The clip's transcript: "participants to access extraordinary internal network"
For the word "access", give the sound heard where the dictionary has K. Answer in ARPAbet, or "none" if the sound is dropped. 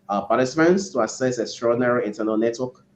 none